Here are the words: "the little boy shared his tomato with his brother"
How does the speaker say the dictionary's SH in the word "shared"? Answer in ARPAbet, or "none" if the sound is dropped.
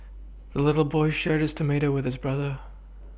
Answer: SH